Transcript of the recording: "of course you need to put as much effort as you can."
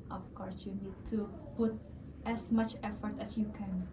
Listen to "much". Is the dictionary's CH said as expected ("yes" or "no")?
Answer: yes